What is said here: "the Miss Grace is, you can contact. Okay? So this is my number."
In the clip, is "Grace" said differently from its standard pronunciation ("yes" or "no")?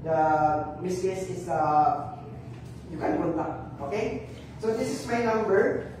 yes